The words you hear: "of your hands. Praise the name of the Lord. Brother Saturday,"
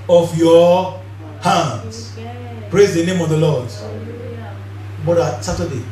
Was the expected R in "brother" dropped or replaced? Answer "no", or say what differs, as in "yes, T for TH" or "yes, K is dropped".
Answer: yes, R is dropped